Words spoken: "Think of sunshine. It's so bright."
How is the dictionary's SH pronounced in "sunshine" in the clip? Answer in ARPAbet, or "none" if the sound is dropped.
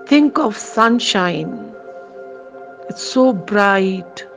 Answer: SH